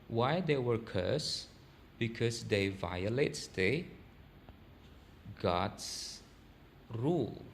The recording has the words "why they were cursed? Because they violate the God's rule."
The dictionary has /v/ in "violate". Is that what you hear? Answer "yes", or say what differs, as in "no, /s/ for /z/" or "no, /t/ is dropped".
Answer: yes